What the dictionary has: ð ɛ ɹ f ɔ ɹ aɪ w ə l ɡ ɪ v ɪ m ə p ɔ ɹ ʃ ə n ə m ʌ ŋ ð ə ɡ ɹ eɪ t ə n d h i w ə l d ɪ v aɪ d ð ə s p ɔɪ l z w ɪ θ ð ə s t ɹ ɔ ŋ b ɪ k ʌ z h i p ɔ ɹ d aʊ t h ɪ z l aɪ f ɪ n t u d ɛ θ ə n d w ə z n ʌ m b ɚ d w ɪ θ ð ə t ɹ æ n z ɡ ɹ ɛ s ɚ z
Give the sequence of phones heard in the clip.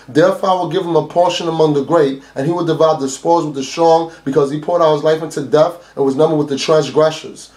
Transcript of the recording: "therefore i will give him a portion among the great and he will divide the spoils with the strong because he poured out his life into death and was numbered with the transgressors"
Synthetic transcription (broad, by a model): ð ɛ ɹ f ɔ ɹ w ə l ɡ ɪ v ɪ m ə p ɔ ɹ ʃ ə n ə m ʌ ŋ ð ə ɡ ɹ eɪ t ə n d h i w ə d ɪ v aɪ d ð ə s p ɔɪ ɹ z w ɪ ð ə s t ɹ ɔ ŋ b ɪ k ʌ z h i p ɔ ɹ d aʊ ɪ z l aɪ f ɪ n t u d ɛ f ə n w ə z n ʌ m b ɚ d w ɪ ð ə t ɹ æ n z ɡ ɹ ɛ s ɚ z